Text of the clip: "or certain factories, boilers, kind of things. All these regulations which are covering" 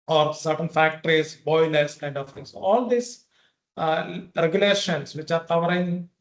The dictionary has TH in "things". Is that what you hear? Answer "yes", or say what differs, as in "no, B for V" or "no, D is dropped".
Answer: no, T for TH